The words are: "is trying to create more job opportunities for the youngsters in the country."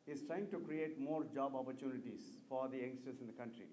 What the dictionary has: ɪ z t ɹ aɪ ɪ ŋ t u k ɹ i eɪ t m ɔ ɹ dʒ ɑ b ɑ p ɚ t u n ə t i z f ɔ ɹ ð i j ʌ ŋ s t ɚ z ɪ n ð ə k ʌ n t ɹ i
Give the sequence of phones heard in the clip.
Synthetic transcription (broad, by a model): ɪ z t ɹ aɪ ɪ ŋ t u k ɹ i eɪ t m ɔ ɹ dʒ ɑ b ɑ p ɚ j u n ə t i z f ɔ ɹ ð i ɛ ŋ s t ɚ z ɪ n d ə k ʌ n t ɹ i